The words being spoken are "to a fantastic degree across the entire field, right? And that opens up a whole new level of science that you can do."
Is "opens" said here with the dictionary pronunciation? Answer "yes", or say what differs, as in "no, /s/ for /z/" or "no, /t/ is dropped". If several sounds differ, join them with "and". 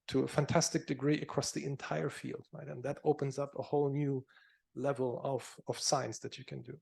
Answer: yes